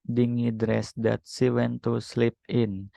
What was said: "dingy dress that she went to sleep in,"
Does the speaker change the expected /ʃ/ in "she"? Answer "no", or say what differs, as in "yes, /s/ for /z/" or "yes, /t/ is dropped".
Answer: yes, /s/ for /ʃ/